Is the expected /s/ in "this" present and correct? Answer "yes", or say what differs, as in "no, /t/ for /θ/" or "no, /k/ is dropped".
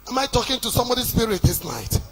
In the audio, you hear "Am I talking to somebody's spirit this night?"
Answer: yes